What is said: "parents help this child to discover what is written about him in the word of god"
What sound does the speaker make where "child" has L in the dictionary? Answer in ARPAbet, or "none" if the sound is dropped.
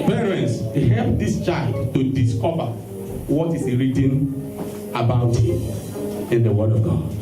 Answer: L